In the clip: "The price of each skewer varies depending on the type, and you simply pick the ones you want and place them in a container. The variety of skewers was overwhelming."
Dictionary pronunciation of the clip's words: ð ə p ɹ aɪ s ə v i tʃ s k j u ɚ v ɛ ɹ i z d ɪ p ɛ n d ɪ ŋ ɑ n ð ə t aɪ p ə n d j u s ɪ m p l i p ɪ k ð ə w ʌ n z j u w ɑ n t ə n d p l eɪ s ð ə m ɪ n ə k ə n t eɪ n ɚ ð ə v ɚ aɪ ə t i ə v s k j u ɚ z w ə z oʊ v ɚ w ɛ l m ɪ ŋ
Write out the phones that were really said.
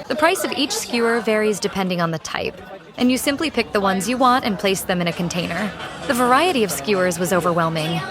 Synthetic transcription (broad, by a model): ð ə p ɹ aɪ s ə v i tʃ s k j u ɚ v ɛ ɹ i z d ɪ p ɛ n d ɪ ŋ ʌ n ð ə t aɪ p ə n j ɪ s ɪ m p l i p ɪ k ð ə w ʌ n z j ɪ w ɑ n t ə n p l eɪ s ð ə m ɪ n ə k ə n t eɪ n ɚ ð ə v ɚ aɪ ə t i ə v s k j u ɚ z w ə z oʊ v ɚ w ɛ l m ɪ ŋ